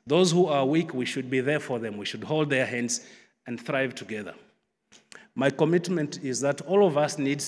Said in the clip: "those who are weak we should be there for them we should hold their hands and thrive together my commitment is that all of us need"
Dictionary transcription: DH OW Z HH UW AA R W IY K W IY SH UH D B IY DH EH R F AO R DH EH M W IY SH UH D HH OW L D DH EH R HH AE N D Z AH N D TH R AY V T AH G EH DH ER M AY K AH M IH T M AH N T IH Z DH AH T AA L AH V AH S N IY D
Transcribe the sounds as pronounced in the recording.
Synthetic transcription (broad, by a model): DH OW Z HH UW AA R W IY K W IY SH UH D B IY DH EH R F AO R DH EH M W IY SH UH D HH OW L D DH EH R HH AE N D Z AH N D TH R AY V T AH G EH DH ER M AY K AH M IH T M AH N T IH Z DH AH T AA L AH V AH S N IY D